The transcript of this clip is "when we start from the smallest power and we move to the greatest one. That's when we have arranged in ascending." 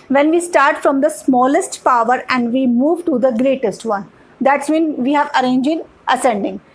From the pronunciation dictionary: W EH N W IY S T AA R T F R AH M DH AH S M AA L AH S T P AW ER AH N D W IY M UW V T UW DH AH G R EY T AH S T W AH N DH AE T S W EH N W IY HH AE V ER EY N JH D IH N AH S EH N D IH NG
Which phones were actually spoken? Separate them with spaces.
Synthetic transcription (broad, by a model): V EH N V IY S T AA R T F R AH M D AH S M AA L AH S T P AW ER AH N D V IY M UW V T UW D AH G R EY T AH S T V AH N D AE T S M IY N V IY HH AE V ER EY N JH IH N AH S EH N D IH NG